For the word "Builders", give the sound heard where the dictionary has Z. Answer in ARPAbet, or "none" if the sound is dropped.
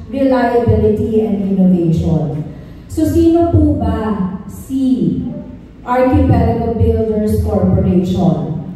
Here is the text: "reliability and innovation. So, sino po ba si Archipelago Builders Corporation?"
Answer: S